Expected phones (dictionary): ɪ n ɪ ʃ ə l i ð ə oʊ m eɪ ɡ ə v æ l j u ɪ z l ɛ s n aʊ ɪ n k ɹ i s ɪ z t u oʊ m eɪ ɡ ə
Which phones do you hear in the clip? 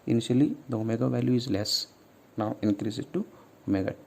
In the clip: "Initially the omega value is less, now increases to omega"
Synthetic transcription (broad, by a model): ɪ n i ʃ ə l i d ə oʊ m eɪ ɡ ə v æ l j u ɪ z l ɛ s n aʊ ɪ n k ɹ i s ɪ t u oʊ m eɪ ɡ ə